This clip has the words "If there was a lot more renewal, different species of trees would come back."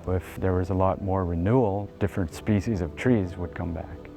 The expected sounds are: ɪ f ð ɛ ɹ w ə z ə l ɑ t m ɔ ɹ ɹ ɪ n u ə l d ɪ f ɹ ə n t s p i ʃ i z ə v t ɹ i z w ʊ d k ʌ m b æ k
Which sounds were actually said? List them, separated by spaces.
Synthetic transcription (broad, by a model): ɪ f ð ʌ ɹ w ə z ə l ɑ t m ɔ ɹ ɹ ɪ n u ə l d ɪ f ɹ ə n t s p i ʃ i z ə v t ɹ i z w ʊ d k ʌ m b æ k